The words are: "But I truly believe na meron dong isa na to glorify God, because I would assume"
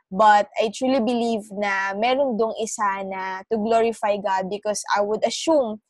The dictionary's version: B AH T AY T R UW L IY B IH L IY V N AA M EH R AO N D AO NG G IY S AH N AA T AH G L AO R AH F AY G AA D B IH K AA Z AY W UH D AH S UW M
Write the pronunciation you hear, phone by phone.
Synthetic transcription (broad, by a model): B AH T AY T R UW L IY B IH L IY V N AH M EH R AO N D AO NG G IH S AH N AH T AH G L AO R AH F AY G AA D B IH K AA S AY W UH D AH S UW M